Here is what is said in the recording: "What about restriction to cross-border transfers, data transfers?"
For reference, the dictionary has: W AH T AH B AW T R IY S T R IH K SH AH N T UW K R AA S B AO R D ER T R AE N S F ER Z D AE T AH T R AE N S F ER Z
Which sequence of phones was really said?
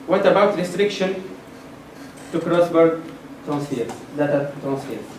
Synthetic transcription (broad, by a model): W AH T AH B AW T R IY S T R IH K SH AH N T UW K R AA S B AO R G T R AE N S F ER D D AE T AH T R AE N S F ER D